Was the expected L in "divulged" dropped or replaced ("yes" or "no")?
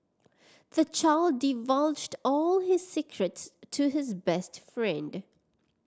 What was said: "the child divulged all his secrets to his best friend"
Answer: no